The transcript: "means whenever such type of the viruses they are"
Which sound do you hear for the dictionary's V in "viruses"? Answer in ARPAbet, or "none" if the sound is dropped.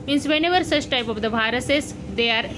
B